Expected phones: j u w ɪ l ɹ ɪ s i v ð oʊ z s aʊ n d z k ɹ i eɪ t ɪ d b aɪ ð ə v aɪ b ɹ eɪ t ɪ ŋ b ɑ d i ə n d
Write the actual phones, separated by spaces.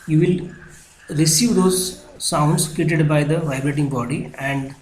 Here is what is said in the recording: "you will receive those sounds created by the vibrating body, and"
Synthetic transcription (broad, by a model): j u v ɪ l ɹ ɪ s i v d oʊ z s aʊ n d s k i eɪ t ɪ d b aɪ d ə v aɪ b ɹ eɪ t ɪ ŋ b ɑ d i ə n d